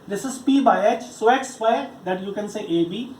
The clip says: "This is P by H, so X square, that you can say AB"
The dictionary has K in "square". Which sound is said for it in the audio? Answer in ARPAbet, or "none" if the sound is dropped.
none